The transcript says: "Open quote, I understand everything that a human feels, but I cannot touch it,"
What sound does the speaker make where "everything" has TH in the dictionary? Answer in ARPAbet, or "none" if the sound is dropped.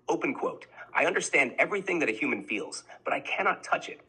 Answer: TH